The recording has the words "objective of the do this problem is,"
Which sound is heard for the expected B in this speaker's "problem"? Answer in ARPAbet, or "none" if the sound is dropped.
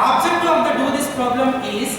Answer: B